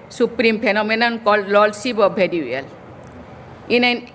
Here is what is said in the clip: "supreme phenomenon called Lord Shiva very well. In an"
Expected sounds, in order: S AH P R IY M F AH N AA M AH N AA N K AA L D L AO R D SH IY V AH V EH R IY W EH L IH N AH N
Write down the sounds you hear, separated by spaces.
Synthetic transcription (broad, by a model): S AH P R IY M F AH N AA M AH N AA N K AA L D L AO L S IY B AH B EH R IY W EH L IH N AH N